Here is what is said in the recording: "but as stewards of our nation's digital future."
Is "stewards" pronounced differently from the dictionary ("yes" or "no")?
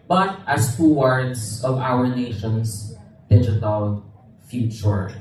yes